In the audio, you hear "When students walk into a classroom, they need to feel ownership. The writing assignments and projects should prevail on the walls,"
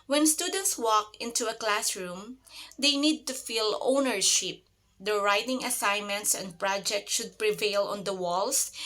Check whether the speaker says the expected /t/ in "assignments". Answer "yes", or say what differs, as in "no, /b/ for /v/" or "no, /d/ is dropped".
yes